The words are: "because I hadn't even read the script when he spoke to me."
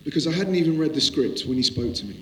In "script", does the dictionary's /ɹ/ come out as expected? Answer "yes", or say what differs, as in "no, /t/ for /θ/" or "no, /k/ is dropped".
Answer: yes